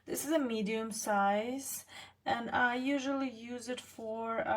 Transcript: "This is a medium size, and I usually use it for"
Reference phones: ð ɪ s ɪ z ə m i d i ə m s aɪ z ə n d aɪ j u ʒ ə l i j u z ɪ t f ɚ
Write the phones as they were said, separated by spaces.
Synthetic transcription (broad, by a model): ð ɪ s ɪ z ə m i d i ə m s aɪ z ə n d aɪ j u ʒ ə l i j u z ɪ t f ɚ